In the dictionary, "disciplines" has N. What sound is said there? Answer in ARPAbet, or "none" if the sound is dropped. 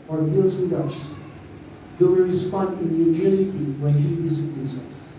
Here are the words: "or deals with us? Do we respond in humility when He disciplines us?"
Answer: none